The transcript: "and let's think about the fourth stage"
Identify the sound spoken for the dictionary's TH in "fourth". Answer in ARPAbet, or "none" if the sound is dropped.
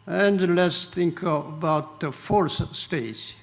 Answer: S